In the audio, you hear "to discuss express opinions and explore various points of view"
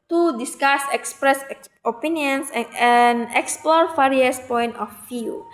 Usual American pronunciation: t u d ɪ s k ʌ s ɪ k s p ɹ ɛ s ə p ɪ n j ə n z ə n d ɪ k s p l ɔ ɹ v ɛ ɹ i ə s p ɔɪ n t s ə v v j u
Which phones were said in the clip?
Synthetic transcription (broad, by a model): t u d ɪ s k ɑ s ɪ k s p ɹ ɛ s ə p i n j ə n s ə n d ɪ k s p l ɔ ɹ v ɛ ɹ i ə s p ɔɪ n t ə f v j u